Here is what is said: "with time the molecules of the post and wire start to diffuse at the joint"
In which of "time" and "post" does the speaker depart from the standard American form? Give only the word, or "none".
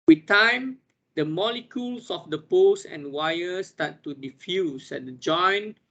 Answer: post